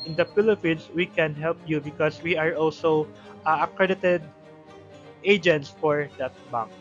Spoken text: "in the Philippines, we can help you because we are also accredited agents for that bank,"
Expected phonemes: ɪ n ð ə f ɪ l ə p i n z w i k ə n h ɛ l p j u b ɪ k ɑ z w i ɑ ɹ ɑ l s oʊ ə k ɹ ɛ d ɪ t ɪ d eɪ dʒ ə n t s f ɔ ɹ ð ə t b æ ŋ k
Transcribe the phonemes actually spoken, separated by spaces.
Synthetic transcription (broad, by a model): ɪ n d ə p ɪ l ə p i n s w i k ə n h ɛ l p j u b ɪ k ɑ s w i ɑ ɹ ɑ l s oʊ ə k ɹ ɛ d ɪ t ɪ d eɪ dʒ ə n t s f ɔ ɹ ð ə t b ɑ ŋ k